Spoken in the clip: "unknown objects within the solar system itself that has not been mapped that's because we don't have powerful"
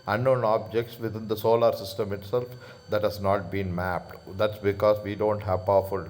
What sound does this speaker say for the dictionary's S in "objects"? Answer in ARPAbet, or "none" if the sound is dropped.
S